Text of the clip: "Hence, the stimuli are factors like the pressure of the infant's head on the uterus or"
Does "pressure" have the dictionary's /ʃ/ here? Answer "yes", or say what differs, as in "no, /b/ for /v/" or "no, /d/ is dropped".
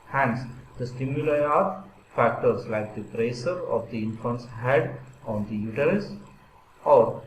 no, /s/ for /ʃ/